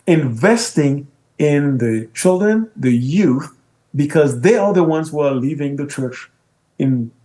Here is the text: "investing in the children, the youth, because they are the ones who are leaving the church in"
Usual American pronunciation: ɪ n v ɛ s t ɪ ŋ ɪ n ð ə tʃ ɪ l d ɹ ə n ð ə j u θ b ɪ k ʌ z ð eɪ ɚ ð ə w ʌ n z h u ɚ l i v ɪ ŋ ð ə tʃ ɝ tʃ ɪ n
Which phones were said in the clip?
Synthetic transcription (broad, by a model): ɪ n v ɛ s t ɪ ŋ ɪ n ð ə tʃ ɪ l d ɹ ə n ð ə j u θ b ɪ k ʌ z ð eɪ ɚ ð ə w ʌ n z h u ɚ l i v ɪ ŋ ð ə tʃ ɝ tʃ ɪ n